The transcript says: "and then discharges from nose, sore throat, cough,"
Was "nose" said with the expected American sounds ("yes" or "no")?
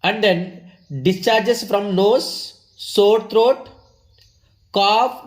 no